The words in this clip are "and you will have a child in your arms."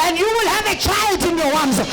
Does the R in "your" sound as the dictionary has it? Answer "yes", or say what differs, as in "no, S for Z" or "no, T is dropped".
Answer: no, W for R